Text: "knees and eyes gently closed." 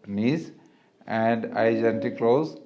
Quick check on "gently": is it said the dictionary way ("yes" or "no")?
no